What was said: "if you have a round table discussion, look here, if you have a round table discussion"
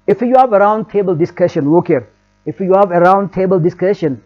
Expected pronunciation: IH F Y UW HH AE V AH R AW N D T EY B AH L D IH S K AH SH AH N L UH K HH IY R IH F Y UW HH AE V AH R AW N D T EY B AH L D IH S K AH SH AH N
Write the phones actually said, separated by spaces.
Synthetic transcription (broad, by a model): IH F Y UW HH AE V AH R AW N D T EY B AH L D IH S K AH SH AH N W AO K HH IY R IH F Y UW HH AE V AH R AW N D T EY B AH L D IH S K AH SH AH N